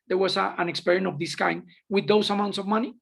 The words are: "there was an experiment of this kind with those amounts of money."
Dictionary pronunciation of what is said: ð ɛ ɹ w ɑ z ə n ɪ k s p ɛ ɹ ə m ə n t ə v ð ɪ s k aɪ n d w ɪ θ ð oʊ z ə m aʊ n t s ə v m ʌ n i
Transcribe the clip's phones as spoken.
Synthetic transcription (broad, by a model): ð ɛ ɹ w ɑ s ə n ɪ k s p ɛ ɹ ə ə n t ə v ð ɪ s k aɪ n d w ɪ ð oʊ s ə m aʊ n t s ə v m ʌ n i